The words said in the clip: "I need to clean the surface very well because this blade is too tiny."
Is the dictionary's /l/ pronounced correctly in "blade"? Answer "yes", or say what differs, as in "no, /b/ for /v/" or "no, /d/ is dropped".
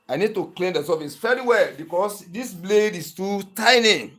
yes